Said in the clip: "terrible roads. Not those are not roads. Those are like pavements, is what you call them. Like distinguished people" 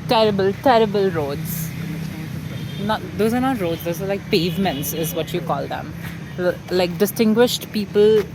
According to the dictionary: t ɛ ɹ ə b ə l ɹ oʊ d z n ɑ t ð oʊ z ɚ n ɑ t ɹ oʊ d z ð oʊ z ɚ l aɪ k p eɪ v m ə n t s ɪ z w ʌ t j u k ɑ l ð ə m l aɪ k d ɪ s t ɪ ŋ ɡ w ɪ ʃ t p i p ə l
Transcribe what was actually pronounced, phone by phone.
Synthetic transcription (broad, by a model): t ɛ ɹ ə b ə l ɹ oʊ d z n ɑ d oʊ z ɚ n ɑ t ɹ oʊ d z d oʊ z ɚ l aɪ k p eɪ v m ə n t s ɪ z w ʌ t j u k ɑ l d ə m l aɪ k d ɪ s t ɪ ŋ ɡ w ɪ ʃ t p i p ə l